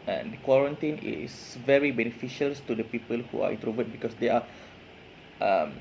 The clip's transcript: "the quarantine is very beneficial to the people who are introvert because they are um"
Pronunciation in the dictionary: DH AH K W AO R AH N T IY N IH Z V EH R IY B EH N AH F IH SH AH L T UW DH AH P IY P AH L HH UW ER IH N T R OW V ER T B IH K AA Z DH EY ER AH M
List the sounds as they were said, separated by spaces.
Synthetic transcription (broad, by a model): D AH K W AO R AH N T IY N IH S V EH R IY B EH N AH F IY SH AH L T UW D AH P IY P AH L HH UW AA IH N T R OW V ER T B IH K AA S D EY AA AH M